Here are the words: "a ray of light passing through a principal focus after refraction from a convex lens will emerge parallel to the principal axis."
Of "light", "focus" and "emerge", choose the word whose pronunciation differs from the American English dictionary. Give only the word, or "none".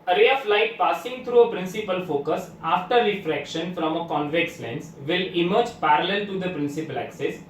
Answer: none